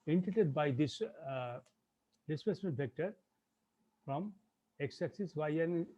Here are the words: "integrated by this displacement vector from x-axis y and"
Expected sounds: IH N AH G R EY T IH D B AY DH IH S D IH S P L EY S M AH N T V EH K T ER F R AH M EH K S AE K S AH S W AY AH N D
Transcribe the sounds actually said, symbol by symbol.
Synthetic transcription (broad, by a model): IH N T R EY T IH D B AY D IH S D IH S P EY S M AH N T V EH K T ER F R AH M EH K S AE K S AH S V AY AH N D